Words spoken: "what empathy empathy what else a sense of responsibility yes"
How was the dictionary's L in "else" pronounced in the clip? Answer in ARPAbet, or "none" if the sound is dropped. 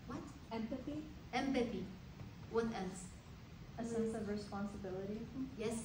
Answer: N